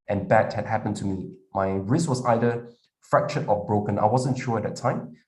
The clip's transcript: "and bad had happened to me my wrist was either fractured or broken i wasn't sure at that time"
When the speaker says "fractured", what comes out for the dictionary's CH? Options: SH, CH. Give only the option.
SH